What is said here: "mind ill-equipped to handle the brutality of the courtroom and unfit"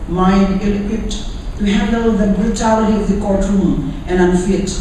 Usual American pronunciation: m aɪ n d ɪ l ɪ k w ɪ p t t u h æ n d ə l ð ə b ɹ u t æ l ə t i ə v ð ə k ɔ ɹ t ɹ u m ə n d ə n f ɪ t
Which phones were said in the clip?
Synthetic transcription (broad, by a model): m aɪ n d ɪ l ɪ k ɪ t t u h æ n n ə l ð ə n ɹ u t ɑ ə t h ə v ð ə k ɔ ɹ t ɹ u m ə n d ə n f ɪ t